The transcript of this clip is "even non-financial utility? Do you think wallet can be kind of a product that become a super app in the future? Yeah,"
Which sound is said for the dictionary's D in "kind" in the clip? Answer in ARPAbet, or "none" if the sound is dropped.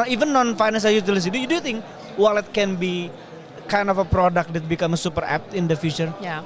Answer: D